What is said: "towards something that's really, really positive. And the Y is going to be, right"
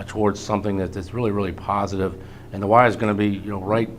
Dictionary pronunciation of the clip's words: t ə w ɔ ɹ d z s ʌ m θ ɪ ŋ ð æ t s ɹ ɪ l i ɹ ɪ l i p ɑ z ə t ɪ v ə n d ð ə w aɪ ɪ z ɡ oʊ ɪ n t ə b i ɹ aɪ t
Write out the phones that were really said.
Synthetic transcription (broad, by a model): t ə w ɔ ɹ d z s ʌ m θ ɪ ŋ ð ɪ t s ɹ ɪ l i ɹ ɪ l i p ɑ z ə t ɪ v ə n ð ə w aɪ ɪ z ɡ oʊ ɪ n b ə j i ɹ aɪ t